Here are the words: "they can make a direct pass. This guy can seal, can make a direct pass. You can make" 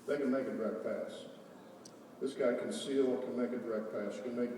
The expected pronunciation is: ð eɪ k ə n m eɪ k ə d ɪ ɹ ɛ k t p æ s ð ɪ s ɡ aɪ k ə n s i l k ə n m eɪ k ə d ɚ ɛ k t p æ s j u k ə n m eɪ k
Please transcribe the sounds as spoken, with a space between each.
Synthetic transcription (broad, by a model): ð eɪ k ə n m eɪ k ə d ɹ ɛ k p æ s ð ɪ s ɡ aɪ k ə n s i w k ə n m eɪ k ə d ɚ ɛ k p æ s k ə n m eɪ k